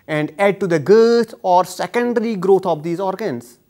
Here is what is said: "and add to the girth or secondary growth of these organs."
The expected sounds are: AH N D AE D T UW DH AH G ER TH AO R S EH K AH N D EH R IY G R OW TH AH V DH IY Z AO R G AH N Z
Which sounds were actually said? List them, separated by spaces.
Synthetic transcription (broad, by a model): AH N D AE D T UW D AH G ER T AO R S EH K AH N D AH R IY G R OW T AH V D IY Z AO R G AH N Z